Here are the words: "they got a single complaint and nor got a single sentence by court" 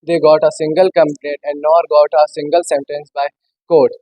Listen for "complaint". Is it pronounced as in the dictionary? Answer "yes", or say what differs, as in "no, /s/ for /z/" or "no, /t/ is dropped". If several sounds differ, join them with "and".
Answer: no, /n/ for /l/ and /n/ is dropped